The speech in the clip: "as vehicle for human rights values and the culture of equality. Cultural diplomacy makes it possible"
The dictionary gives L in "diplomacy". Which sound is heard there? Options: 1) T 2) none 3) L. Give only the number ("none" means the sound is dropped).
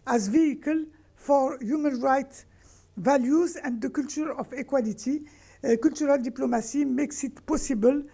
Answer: 3